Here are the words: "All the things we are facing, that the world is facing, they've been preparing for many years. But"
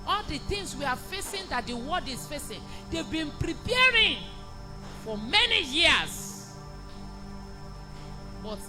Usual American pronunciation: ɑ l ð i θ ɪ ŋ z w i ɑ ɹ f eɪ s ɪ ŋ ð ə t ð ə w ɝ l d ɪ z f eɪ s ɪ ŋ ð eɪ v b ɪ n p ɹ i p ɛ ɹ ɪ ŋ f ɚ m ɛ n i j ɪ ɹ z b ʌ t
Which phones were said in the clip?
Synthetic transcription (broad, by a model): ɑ l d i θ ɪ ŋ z w i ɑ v f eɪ s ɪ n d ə t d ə w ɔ d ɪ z f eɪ s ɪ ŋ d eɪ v b ɪ n p ɹ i p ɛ ɹ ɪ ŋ f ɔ m ɛ n i j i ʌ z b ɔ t